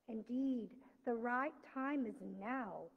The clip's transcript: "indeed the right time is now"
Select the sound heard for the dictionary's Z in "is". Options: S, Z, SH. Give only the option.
Z